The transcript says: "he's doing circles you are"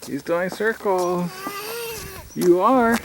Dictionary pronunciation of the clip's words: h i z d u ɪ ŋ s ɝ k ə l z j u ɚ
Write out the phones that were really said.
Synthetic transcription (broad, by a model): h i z d u ɪ ŋ s ɝ k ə l j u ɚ